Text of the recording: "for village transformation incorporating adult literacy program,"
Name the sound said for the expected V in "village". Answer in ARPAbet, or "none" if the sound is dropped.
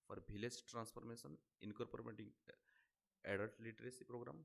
B